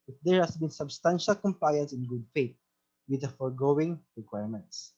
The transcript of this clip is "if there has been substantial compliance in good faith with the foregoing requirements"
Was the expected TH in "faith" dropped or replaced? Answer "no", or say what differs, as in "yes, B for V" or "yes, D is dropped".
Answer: yes, T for TH